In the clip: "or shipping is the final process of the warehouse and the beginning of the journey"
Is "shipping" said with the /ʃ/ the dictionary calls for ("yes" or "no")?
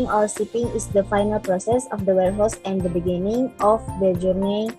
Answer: no